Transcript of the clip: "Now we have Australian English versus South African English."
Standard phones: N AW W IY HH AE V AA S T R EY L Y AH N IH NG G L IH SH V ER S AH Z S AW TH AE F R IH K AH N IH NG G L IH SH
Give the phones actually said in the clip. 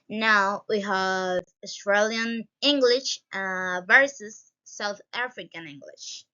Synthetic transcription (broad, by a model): N AW W IY HH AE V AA S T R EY L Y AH N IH NG G L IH SH V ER S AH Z S AW TH AE F R IH K AH N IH NG G L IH SH